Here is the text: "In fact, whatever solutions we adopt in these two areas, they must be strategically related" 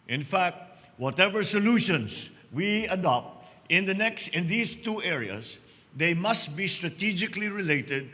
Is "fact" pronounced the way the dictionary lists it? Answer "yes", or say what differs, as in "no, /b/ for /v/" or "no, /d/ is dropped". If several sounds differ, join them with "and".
yes